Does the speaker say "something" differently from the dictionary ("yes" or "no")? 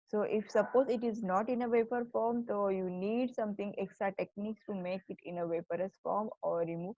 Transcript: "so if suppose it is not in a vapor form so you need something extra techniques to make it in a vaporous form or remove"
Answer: yes